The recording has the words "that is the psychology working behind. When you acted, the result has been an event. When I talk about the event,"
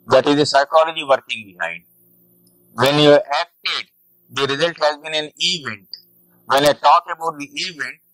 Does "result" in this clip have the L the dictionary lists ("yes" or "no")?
yes